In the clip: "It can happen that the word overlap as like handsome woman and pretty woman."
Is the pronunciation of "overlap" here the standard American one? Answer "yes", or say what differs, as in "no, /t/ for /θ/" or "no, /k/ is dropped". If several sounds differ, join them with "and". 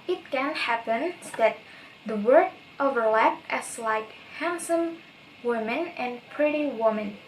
yes